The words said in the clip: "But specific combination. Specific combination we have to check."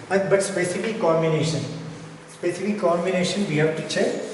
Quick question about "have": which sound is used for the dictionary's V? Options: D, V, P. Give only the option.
P